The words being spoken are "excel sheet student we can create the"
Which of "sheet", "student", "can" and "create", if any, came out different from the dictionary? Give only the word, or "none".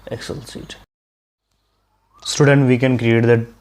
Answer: sheet